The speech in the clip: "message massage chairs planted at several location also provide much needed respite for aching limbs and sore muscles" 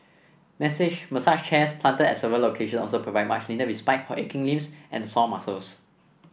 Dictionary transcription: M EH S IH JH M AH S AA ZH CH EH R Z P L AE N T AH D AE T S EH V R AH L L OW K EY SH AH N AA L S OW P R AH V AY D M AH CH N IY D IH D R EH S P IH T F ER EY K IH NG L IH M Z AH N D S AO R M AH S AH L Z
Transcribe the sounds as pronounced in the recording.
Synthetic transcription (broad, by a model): M EH S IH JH M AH S AA SH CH EH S P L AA N T AH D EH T S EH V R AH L L OW K EY SH AH N AA L S OW P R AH V AY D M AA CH L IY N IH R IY S P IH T F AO EY K IH NG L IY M S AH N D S AO M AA S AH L S